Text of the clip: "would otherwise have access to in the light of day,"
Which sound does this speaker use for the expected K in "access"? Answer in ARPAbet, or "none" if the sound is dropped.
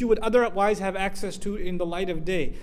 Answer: K